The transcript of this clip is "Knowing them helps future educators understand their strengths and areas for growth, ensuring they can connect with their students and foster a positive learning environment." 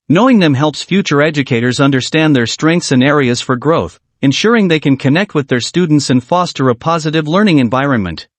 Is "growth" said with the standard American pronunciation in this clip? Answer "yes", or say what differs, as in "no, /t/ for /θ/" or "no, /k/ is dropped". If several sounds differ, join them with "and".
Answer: yes